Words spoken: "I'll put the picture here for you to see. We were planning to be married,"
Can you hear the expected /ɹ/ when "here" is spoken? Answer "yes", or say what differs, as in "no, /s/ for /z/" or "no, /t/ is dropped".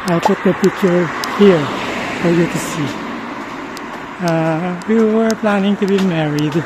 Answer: yes